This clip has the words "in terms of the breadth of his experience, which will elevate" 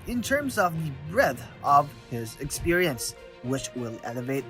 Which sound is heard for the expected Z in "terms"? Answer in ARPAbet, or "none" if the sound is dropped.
Z